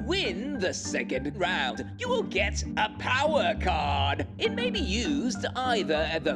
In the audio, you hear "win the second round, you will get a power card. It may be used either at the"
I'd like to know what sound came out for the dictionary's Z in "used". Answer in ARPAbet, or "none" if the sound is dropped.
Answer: Z